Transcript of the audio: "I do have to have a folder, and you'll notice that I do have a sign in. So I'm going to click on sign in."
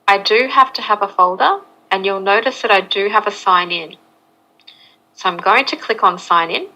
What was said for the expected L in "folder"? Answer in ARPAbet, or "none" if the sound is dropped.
L